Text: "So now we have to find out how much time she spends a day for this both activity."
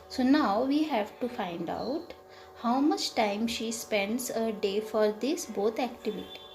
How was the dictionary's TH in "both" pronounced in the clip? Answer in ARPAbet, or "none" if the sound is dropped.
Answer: T